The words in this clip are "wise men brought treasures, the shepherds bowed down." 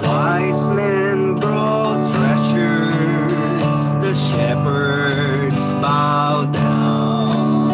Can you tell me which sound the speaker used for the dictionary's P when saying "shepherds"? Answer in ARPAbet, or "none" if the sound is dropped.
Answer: P